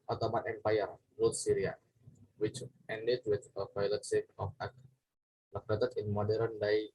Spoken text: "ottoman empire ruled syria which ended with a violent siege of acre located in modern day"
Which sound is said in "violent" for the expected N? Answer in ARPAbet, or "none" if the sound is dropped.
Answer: none